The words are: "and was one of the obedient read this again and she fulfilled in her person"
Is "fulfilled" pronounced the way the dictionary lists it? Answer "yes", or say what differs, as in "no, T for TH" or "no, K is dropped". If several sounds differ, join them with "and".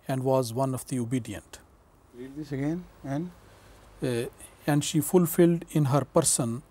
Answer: yes